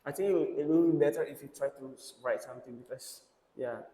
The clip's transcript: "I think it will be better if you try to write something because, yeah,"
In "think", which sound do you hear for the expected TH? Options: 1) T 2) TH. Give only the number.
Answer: 1